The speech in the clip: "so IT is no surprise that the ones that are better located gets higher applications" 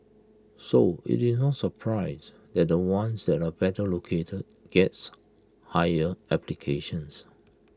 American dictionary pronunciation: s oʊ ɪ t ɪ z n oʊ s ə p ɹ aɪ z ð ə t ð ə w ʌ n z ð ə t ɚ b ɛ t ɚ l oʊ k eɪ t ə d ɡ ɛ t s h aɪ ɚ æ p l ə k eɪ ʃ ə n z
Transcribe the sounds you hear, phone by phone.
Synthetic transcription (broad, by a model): s oʊ ɪ t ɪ s n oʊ s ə p ɹ aɪ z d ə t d ə w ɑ n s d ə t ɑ b ɛ t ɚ l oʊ k eɪ t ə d ɡ ɛ t s h aɪ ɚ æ p l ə k eɪ ʃ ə n s